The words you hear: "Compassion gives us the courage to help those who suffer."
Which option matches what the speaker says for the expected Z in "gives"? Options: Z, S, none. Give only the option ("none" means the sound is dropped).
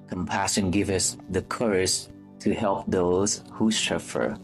none